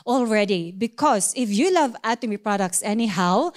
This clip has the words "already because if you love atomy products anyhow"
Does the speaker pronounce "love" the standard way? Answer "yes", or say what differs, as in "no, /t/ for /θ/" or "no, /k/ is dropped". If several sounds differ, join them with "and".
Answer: yes